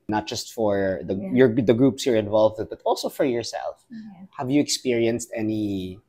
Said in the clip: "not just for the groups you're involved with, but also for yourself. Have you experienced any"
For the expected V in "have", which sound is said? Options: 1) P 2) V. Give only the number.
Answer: 2